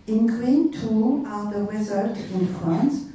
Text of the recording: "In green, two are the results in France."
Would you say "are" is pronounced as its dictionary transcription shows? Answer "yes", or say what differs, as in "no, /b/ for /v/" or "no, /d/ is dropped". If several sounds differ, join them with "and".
no, /l/ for /ɹ/